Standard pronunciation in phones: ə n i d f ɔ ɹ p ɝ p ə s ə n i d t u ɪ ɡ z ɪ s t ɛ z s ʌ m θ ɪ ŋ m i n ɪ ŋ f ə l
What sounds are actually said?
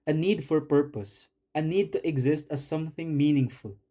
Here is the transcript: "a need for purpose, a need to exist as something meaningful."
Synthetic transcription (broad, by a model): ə n i d f ɔ ɹ p ɝ p ə s ə n i d t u ɪ ɡ z ɪ s t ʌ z s ʌ m θ ɪ ŋ m i n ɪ ŋ f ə l